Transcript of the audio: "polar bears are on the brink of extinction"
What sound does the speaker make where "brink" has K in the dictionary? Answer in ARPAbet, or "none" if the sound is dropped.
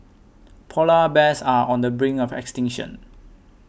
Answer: none